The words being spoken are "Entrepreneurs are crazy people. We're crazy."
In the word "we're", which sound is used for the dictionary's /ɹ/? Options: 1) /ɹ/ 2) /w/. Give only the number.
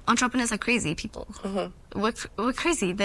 2